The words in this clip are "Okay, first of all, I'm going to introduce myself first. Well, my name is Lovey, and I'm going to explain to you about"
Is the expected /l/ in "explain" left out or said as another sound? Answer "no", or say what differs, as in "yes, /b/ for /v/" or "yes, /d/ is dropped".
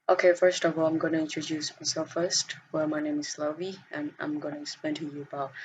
yes, /l/ is dropped